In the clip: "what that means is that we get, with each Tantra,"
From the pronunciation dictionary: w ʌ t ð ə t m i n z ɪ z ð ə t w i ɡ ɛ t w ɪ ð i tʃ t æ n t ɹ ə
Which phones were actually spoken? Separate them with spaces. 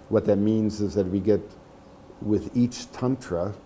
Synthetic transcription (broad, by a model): w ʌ t ð ə t m i n z ɪ z ð ə t w i ɡ ɛ t w ɪ ð i tʃ t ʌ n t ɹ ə